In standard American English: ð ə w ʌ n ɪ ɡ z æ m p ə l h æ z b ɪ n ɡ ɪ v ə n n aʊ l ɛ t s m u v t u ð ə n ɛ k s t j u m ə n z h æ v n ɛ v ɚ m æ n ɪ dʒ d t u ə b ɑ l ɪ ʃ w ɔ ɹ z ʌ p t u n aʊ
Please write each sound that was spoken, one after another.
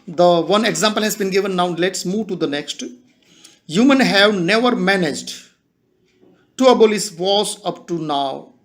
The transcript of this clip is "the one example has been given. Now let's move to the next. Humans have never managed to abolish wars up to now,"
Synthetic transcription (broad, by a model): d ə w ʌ n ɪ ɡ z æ m p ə l h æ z b ɪ n ɡ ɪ v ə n n aʊ l ɛ t s m u v t u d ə n ɛ k s t j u m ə n h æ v n ɛ v ɚ m æ n ɪ dʒ d t u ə b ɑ l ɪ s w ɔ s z ʌ p t u n aʊ